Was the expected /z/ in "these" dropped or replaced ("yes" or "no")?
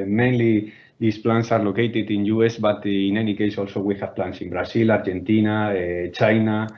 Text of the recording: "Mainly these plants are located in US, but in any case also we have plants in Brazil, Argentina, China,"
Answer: yes